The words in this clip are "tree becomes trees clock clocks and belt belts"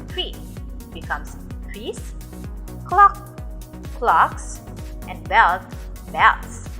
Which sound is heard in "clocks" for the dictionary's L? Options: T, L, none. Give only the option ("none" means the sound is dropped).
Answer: L